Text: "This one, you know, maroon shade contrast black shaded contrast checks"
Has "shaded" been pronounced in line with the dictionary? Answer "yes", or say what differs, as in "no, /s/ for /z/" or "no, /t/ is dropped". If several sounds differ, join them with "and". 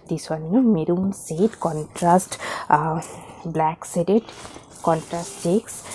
no, /s/ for /ʃ/